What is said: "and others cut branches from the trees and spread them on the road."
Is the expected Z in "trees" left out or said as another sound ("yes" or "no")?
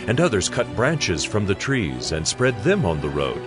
no